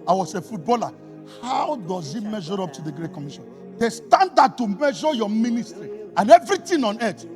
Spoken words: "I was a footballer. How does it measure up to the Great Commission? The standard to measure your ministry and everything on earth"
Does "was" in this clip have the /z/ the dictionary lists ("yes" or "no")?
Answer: no